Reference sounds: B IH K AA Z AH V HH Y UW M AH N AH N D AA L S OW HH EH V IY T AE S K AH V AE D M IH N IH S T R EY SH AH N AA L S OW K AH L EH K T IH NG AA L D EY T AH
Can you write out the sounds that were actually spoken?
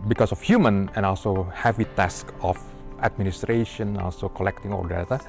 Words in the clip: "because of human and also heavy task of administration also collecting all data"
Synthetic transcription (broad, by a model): B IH K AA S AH F HH Y UW M AH N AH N AA L S OW HH EH V IY T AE S K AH F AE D M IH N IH S T R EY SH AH N AA L S OW K AH L EH K T IH NG AA L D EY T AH